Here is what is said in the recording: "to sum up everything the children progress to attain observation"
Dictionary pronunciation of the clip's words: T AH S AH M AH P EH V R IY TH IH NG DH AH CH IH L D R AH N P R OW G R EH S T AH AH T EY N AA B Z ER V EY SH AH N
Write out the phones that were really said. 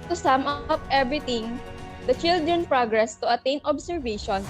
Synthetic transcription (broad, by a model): T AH S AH M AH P EH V R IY T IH NG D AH CH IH L D R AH N P R OW G R EH S T AH AH T EY N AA B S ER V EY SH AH N